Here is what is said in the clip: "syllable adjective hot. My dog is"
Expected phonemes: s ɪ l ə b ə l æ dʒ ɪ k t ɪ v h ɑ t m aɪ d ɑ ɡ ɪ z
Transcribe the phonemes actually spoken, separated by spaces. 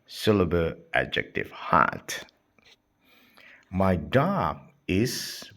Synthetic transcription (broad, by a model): s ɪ l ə b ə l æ dʒ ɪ k t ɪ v h ɑ t m aɪ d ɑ ɪ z